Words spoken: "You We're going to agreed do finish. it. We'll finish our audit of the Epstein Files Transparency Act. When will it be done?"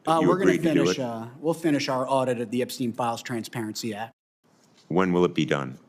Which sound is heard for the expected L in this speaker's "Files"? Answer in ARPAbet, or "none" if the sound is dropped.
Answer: L